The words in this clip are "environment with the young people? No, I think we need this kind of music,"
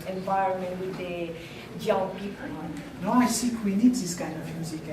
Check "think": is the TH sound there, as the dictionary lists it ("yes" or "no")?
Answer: no